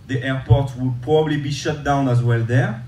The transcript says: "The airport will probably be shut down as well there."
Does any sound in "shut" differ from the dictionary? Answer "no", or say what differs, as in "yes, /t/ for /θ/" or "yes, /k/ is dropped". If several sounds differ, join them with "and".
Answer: no